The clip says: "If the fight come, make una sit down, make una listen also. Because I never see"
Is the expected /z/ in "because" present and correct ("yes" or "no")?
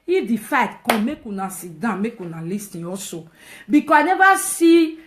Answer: no